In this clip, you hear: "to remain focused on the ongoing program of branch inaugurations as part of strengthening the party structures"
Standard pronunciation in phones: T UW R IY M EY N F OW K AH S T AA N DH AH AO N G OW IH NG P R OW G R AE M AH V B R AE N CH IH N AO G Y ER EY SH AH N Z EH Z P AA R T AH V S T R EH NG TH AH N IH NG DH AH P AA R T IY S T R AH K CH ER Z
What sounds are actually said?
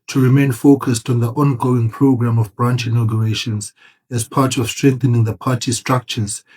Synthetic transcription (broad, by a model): T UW R IY M EY N F OW K AH S T AA N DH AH AO N G OW IH NG P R OW G R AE M AH V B R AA N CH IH N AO G Y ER EY SH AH N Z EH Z P AA T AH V S T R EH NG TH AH N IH NG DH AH P AA T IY S T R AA K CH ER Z